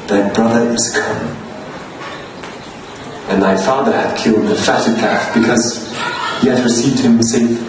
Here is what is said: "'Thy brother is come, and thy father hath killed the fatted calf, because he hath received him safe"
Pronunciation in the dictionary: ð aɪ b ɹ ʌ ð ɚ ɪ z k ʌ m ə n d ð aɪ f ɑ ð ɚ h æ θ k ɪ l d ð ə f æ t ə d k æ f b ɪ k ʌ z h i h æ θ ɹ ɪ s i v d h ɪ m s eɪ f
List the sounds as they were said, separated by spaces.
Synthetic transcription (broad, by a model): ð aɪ b ɹ ʌ ð ɚ ɪ z k ʌ m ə n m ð aɪ f ɑ ð ɚ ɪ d k ɪ l d ð ə f æ t ə d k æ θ b ɪ k ʌ z h i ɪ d ɹ ɪ s i v d h ɪ m s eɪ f